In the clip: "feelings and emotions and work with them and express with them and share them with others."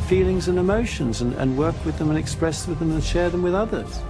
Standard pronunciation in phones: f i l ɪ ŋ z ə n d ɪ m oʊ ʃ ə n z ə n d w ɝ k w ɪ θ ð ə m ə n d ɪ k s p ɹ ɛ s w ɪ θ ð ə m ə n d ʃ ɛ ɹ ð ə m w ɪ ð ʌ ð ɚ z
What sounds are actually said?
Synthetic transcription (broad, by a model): f i l ɪ ŋ z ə n ɪ m oʊ ʃ ə n z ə n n w ɝ k w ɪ ð ə m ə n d ɪ k s p ɹ ɛ s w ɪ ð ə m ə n ʃ ɛ ɹ ð ə m w ɪ ð ʌ ð ɚ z